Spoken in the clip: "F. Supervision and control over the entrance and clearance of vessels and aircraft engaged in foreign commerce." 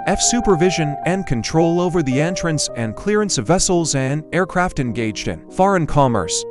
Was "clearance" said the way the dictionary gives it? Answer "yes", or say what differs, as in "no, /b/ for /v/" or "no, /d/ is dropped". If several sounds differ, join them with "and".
yes